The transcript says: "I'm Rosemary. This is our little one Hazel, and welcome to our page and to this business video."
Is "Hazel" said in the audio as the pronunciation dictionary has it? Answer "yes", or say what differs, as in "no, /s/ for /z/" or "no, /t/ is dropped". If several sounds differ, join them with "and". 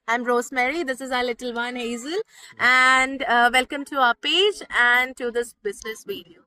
yes